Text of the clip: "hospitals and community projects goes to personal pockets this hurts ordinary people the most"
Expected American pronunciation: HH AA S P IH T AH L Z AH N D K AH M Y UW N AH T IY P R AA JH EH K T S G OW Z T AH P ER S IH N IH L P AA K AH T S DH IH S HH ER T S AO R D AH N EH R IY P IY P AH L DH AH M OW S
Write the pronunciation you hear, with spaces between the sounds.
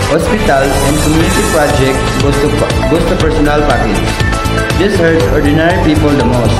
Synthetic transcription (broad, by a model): HH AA S P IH T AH L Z AH N D K AH M Y UW N AH T IY P R AA JH EH K T S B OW S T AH P ER S IH N IH L P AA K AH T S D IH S HH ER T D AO R D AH N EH R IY P IY P AH L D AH M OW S